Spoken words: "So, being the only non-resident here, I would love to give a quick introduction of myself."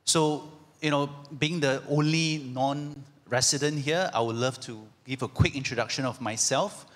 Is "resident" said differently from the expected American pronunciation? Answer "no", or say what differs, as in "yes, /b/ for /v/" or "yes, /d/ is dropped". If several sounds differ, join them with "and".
yes, /s/ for /z/